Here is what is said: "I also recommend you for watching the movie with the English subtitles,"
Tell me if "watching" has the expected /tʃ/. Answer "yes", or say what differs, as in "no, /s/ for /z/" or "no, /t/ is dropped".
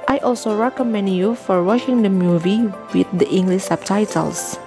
no, /ʃ/ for /tʃ/